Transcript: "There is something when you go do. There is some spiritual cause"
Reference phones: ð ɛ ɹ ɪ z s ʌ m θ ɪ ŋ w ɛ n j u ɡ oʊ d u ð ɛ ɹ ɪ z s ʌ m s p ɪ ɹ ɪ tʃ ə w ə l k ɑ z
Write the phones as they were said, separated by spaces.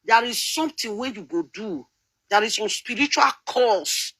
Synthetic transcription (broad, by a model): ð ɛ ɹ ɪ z s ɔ m t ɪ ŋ w ɛ n j u ɡ oʊ d u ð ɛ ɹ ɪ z s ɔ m s p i ɹ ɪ tʃ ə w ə l k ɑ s